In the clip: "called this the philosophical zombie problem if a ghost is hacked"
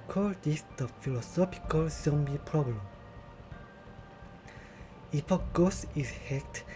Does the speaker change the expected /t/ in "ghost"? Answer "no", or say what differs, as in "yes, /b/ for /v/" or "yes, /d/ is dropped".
yes, /t/ is dropped